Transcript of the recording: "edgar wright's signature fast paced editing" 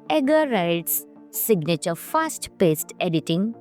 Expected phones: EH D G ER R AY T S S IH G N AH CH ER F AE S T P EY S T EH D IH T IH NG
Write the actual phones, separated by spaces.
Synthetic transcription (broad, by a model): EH G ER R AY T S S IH G N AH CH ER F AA S T P EY S T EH D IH T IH NG